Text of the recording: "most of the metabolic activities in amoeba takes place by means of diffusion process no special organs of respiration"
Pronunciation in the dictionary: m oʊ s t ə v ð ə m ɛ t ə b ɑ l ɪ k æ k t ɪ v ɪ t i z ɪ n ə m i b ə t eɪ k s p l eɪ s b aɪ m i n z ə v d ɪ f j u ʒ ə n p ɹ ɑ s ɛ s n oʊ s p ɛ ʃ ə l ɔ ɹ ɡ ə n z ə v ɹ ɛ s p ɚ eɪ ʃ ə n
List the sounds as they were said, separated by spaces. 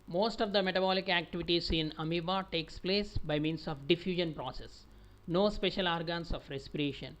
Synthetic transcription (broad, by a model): m oʊ s t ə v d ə m ɛ t ə b ɑ l ɪ k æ k t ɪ v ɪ t i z ɪ n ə m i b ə t eɪ k s p l eɪ s b aɪ m i n s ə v d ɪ f j u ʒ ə n p ɹ ɑ s ɛ s n oʊ s p ɛ ʃ ə l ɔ ɹ ɡ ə n s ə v ɹ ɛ s p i eɪ ʃ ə n